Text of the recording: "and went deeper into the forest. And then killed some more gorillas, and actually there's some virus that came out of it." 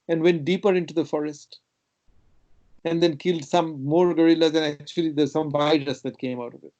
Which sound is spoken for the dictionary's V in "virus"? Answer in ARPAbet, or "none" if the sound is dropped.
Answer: B